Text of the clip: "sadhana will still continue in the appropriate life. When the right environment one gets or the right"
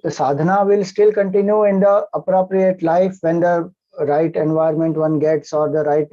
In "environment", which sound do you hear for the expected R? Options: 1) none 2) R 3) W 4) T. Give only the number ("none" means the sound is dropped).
1